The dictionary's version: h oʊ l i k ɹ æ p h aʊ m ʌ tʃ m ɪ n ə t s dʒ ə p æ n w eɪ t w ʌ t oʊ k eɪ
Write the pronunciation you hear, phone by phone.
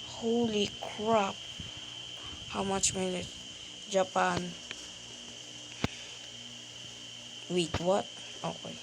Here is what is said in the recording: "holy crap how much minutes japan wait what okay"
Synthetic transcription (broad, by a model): h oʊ l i k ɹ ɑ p h aʊ m ʌ tʃ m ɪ l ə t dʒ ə p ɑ n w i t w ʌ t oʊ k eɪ